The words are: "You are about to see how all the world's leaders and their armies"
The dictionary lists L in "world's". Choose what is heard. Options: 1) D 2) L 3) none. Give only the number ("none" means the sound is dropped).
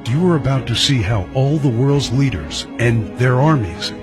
2